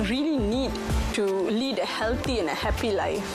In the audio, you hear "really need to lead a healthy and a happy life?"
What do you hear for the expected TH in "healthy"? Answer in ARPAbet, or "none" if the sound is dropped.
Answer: T